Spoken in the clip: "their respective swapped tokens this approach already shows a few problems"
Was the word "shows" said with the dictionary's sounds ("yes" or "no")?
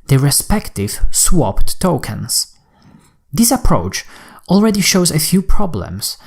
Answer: yes